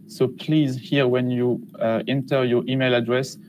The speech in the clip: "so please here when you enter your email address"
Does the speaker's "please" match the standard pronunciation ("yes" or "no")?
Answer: yes